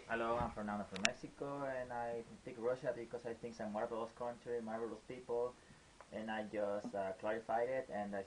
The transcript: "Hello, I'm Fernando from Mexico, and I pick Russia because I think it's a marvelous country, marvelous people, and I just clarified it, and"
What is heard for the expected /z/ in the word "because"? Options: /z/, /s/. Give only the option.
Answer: /s/